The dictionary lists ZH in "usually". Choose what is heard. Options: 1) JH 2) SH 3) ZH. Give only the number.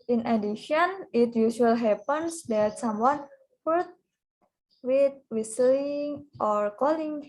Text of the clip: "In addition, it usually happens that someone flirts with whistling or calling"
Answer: 2